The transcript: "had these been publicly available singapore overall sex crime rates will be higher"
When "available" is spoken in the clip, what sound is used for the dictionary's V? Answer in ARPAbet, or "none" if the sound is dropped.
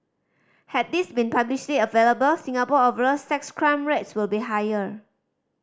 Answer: V